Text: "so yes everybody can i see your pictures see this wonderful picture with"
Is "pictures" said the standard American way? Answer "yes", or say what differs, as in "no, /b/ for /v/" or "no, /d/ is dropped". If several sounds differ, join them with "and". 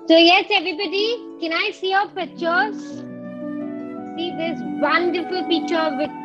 no, /k/ is dropped